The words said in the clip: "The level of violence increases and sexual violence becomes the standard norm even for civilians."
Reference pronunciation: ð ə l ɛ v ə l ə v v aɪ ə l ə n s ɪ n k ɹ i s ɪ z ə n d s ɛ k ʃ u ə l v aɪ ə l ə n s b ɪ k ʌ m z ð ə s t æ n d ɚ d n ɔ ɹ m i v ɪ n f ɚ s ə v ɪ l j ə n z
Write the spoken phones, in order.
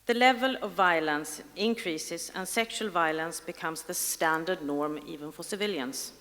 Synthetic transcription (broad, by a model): ð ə l ɛ v ə l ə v v aɪ ə l ə n s ɪ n k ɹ i s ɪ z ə n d s ɛ k ʃ u ə l v aɪ ə l ə n s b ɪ k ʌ m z ð ə s t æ n d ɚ d n ɔ ɹ m i v ɪ n f ɚ s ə v ɪ l j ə n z